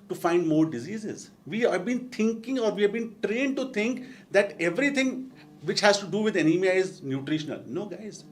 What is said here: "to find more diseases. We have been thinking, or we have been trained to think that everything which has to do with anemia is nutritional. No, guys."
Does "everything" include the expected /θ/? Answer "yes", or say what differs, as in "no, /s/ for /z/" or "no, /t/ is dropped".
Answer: no, /t/ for /θ/